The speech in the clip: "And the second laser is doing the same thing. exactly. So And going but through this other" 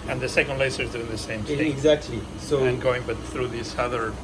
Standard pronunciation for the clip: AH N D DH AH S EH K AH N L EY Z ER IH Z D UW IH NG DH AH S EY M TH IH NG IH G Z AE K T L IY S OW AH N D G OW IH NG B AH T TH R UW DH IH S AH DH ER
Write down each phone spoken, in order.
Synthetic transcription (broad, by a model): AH N DH AH S EH K AH N L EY S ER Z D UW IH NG DH AH S EY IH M IH G Z AE K T L IY S OW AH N G OW IH NG B AH T TH R UW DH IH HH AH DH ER